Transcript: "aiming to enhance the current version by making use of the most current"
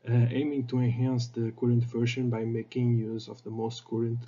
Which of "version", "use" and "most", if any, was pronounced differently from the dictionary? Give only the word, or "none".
version